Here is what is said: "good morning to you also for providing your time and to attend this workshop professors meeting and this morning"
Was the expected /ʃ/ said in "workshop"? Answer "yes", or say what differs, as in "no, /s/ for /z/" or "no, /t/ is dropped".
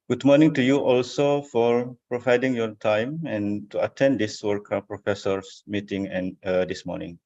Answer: no, /ʃ/ is dropped